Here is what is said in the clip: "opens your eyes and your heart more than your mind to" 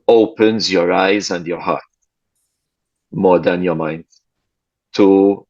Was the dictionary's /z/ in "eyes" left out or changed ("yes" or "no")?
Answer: no